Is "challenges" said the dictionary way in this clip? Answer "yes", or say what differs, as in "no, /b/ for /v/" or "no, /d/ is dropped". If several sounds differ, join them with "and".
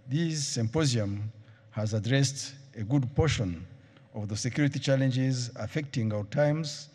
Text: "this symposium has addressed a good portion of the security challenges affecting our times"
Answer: yes